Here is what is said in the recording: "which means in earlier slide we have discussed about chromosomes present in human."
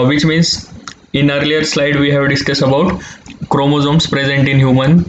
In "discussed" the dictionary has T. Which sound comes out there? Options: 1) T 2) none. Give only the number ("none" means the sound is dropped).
2